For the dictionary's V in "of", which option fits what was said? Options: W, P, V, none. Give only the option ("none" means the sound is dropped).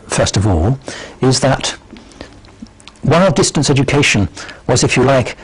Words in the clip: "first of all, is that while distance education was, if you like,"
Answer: V